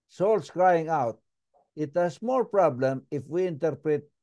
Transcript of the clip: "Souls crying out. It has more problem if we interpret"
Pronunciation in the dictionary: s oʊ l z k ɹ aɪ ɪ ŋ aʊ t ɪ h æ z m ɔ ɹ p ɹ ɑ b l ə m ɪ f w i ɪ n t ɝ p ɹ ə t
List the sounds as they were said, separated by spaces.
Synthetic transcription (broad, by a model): s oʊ l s k ɹ aɪ ɪ ŋ aʊ t ɪ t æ s m ɔ l p ɹ ɑ b l ə m ɪ f w i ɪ n t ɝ p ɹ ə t